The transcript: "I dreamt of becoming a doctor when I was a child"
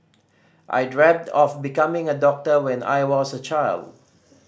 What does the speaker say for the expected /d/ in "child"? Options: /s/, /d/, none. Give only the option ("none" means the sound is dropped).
/d/